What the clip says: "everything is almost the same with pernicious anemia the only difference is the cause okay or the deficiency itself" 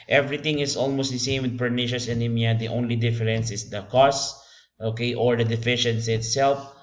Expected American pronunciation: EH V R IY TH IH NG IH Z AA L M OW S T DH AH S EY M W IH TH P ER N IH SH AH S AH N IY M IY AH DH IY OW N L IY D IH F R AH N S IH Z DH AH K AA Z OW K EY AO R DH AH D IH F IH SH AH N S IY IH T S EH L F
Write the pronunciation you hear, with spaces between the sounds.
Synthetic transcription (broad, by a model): EH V R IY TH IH NG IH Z AA L M OW S T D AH S EY M W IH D P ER N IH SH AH S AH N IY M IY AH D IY OW N L IY D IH F R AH N S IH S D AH K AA S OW K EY AO R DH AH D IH F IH SH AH N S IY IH T S EH L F